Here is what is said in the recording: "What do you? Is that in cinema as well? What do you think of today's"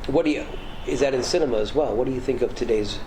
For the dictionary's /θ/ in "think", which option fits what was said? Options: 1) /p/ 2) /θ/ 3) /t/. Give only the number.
2